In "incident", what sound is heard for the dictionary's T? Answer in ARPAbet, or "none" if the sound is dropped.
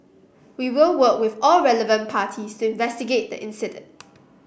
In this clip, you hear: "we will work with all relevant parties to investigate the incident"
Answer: T